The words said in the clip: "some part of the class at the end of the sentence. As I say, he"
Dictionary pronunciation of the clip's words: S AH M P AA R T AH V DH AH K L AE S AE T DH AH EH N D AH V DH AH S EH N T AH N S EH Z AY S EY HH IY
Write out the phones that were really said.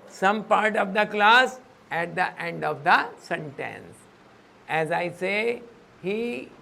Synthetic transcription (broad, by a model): S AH M P AA R T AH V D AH K L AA S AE T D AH EH N D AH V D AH S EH N T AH N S EH Z AY S EY HH IY